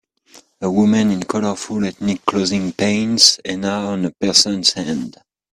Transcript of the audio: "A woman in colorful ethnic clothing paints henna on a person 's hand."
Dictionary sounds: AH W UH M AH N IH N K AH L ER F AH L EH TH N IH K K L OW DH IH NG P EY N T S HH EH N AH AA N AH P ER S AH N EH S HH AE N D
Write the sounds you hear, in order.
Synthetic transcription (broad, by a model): AH W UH M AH N IH N K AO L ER F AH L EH T N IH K K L OW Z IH NG P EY N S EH N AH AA N AH P ER S AH N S HH AE N D